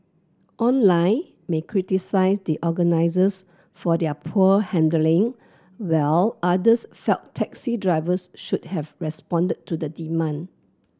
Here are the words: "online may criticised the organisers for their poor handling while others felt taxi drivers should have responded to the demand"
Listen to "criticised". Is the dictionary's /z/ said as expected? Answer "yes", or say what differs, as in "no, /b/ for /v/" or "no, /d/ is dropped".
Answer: no, /s/ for /z/